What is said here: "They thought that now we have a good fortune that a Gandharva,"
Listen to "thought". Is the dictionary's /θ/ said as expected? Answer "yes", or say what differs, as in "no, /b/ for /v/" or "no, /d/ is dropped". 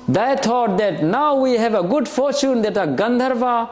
no, /t/ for /θ/